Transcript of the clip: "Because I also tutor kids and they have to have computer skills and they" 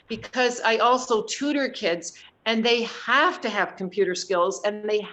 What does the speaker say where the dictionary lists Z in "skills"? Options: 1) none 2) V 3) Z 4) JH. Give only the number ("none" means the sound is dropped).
3